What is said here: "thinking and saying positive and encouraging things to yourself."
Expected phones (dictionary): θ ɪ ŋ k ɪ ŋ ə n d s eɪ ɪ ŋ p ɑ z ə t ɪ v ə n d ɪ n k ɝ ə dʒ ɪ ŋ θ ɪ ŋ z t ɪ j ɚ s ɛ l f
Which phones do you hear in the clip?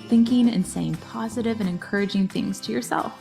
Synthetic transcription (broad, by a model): θ ɪ ŋ k ɪ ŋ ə n s eɪ ɪ ŋ p ɑ z ə t ɪ v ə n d ɪ n k ɝ ə dʒ ɪ ŋ θ ɪ ŋ z t ɪ j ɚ s ɛ l f